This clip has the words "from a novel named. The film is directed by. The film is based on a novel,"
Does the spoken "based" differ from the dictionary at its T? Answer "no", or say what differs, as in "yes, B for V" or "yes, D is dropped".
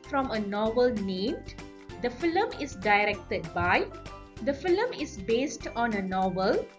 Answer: no